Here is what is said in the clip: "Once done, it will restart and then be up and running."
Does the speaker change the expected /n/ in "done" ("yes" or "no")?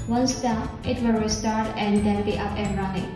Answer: yes